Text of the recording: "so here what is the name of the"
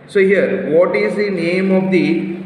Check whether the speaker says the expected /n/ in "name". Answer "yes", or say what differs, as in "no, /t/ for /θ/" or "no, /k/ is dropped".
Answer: yes